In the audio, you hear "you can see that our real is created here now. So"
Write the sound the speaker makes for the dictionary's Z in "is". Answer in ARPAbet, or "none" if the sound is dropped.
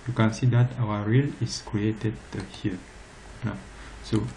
S